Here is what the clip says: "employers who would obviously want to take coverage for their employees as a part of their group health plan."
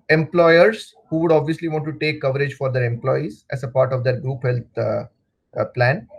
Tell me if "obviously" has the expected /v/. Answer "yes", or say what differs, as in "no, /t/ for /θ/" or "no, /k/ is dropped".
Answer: yes